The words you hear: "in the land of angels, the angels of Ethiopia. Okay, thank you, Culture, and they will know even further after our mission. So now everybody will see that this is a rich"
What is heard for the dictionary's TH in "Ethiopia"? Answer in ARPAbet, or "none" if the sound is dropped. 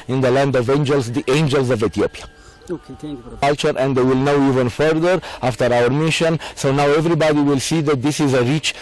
T